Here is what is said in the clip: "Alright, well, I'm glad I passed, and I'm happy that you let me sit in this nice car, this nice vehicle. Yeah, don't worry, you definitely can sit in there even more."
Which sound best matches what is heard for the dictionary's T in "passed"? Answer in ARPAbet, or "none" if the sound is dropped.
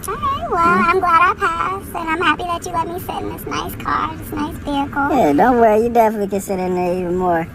none